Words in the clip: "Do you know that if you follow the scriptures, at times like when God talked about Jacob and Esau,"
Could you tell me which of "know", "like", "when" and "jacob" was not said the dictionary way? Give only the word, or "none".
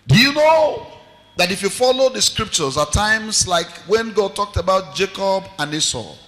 none